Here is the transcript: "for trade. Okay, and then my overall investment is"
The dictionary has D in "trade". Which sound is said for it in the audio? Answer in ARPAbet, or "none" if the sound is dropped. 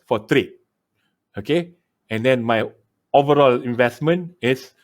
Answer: none